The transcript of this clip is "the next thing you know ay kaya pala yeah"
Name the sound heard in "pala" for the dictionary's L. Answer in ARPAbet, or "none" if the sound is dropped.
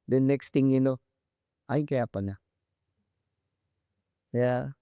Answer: N